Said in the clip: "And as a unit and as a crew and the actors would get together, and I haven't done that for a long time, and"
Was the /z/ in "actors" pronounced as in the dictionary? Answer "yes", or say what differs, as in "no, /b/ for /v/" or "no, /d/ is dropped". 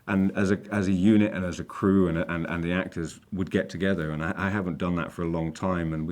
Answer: yes